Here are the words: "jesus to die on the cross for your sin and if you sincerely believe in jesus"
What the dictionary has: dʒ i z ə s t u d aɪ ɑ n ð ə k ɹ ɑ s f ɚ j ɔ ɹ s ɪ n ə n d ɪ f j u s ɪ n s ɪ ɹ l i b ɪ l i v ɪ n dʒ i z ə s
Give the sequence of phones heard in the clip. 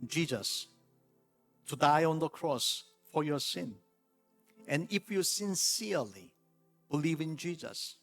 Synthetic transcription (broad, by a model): dʒ i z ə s t u d aɪ ɑ n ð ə k ɹ ɑ s f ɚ j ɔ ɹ s ɪ n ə n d ɪ f j u s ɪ n s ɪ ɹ l i b ɪ l i v ɪ n dʒ i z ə s